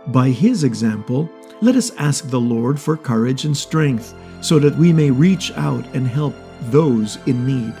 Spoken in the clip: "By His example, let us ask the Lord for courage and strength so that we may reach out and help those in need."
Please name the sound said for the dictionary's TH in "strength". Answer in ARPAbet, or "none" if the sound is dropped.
TH